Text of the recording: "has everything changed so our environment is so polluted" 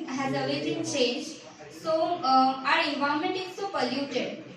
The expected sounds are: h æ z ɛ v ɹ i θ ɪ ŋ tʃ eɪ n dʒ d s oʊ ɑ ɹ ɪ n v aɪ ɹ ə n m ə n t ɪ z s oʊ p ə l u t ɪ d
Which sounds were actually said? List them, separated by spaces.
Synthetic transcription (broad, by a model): h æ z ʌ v i t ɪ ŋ tʃ eɪ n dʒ s oʊ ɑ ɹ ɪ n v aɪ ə m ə n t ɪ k s oʊ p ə l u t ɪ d